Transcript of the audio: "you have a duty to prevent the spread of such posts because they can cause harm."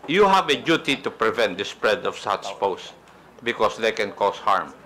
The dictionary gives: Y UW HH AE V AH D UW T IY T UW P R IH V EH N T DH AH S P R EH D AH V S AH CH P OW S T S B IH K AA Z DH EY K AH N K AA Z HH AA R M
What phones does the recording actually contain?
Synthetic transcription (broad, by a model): Y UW HH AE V AH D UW T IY T UW P R IH V EH N T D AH S P R EH D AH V S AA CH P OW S S B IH K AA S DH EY K AH N K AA S HH AA R M